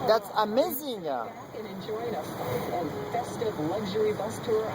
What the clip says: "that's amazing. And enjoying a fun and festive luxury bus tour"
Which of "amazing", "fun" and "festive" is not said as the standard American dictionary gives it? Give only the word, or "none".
fun